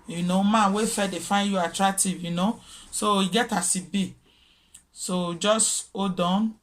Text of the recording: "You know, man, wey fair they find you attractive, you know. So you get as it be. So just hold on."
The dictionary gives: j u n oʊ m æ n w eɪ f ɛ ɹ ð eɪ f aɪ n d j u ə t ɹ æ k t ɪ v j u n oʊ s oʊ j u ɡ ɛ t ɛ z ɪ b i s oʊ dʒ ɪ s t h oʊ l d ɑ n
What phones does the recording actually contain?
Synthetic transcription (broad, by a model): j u n oʊ m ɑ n w eɪ f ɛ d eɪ f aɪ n j u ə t ɹ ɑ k t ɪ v j u n oʊ s oʊ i ɡ ɛ t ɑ s ɪ b i s oʊ dʒ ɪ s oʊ d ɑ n